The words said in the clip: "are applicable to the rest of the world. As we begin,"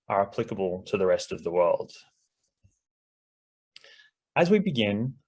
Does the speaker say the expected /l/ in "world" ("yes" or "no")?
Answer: yes